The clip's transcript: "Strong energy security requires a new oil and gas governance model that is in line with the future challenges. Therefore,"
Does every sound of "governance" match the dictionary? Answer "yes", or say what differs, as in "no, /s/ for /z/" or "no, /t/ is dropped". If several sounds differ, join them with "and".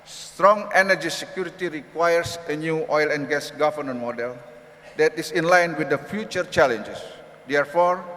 no, /s/ is dropped